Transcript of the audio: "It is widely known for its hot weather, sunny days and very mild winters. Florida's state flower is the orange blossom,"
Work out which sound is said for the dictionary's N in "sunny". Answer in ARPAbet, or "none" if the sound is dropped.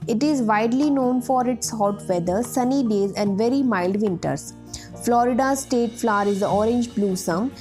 N